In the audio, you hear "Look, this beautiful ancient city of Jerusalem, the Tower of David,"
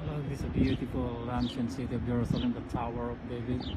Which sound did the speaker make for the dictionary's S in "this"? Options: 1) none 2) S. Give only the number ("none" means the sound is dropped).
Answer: 1